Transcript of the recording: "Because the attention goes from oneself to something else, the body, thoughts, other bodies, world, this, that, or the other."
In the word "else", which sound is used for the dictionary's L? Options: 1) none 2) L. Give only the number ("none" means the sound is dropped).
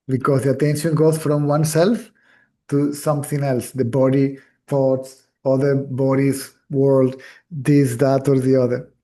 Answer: 2